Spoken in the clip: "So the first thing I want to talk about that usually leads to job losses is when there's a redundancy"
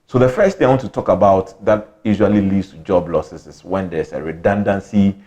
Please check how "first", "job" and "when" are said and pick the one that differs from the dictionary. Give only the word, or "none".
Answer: none